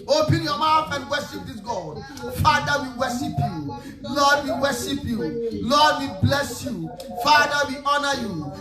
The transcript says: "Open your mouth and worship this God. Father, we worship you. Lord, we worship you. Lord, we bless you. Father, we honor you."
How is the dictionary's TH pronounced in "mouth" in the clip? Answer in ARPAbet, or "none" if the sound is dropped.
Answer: F